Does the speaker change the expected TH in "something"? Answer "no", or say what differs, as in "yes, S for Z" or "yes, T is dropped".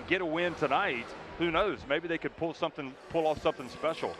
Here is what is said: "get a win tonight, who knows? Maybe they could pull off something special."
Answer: no